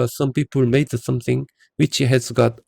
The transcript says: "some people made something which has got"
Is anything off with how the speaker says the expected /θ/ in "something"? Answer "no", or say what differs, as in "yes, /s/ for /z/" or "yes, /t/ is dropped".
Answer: yes, /t/ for /θ/